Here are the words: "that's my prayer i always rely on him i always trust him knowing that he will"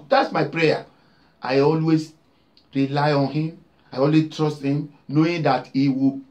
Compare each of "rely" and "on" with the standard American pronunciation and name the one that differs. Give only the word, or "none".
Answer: none